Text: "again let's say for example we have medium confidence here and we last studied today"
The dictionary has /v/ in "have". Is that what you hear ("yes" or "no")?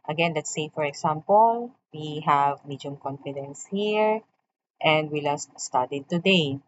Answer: yes